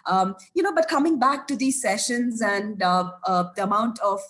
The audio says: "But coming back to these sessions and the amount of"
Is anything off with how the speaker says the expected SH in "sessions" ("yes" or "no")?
no